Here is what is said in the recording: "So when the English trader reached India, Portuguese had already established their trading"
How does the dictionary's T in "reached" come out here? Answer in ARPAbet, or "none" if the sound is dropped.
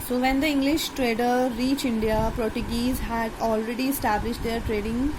none